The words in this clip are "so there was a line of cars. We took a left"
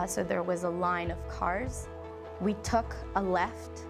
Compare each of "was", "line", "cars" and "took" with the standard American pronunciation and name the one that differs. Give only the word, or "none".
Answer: none